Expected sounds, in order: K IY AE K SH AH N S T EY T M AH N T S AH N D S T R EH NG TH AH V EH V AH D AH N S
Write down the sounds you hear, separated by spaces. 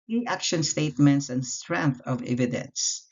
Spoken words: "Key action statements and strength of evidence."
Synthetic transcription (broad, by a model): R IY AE K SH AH N S T EY T M AH N T S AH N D S T R EH NG TH AH V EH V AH D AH N S